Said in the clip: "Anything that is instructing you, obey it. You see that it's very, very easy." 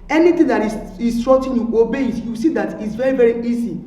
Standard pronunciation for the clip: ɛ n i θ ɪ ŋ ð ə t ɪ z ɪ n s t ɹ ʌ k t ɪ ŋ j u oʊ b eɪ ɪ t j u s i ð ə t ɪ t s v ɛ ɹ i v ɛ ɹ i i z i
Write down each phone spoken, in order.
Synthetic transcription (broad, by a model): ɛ n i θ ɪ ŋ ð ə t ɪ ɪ s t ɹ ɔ t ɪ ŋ j u oʊ b eɪ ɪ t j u s i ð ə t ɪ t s v ɛ ɹ i v ɛ ɹ i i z i